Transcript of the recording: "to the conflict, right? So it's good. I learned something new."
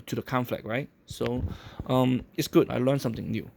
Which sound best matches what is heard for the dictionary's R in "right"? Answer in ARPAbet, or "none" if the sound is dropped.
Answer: R